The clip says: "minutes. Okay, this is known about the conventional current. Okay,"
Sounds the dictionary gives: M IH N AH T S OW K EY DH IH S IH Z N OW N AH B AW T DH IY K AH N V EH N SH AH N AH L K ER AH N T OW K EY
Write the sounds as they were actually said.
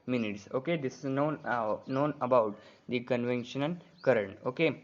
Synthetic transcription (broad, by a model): M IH N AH T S OW K EY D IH S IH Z N OW N AH B AW T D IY K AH N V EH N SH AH N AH N K ER AH N T OW K EY